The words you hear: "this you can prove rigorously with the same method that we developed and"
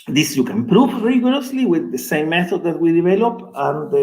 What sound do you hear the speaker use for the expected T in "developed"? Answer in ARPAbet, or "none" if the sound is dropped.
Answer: none